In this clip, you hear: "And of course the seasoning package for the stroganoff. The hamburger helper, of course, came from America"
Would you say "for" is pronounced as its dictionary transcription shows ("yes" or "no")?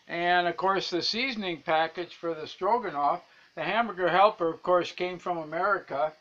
yes